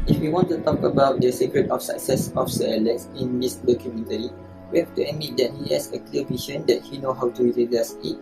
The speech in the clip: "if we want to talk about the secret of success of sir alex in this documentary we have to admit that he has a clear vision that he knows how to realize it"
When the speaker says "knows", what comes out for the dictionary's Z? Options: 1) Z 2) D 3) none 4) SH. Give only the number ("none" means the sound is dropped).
3